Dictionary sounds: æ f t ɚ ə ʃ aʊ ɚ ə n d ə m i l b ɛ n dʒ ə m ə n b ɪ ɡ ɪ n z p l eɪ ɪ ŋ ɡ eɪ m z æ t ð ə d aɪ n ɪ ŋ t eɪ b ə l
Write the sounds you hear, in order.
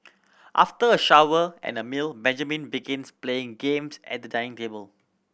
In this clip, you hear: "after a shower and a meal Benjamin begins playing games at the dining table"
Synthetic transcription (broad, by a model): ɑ f t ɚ ə ʃ aʊ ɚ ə n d ə m i l b ɛ n dʒ ə m ə n b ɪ ɡ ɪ n s p l eɪ ɪ ŋ ɡ eɪ m s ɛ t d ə d aɪ ɪ ŋ t eɪ b ə l